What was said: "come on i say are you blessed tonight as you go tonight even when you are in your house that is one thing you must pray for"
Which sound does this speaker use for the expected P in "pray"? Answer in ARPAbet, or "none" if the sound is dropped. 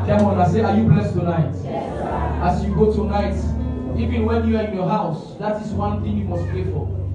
P